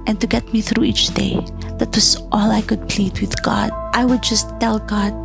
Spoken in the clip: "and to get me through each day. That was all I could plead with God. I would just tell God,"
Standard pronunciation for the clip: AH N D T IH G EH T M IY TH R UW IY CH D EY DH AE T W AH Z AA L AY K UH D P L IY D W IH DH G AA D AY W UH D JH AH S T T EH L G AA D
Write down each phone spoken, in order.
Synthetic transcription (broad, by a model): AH N T IH G EH T M IY TH R UW IY CH D EY DH AE T W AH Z AA L AY K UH D P L IY D W IH DH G AA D AY W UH D JH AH S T T EH L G AA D